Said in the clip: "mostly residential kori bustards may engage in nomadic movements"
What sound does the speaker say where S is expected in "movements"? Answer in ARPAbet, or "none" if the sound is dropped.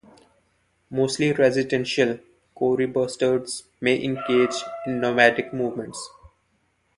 S